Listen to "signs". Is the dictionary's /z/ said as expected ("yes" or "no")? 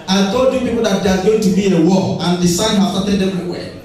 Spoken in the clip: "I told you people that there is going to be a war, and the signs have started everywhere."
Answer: no